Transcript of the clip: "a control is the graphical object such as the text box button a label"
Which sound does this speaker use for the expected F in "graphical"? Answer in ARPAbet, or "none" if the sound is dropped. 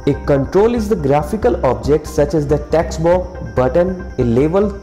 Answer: F